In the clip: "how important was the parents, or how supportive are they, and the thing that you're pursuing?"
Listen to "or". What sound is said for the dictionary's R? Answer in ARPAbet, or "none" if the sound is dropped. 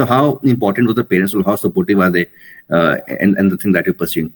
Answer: L